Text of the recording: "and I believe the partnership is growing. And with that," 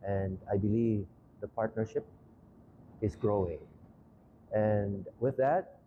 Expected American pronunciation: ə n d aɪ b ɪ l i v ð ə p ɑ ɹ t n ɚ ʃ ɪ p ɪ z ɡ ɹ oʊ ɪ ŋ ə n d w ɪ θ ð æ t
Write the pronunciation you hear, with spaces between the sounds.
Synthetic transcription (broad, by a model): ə n d aɪ b ɪ l i v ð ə p ɑ ɹ t n ɚ ʃ ɪ p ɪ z ɡ ɹ oʊ ɪ ŋ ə n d w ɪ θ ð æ t